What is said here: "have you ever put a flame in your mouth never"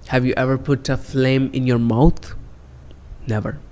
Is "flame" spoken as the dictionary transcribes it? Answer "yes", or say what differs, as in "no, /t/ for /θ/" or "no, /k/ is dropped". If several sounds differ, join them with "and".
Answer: yes